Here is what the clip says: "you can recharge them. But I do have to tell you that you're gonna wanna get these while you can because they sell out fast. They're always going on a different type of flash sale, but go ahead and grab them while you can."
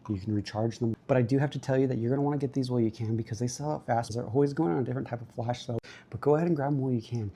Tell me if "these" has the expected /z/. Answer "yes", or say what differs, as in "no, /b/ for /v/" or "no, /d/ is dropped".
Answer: yes